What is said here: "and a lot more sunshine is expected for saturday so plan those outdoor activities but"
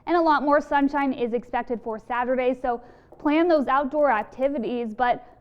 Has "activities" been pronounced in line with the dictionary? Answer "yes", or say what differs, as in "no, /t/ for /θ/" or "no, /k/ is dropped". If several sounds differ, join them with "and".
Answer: yes